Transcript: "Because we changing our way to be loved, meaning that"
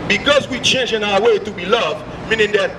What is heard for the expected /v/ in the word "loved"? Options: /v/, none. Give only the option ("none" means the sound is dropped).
/v/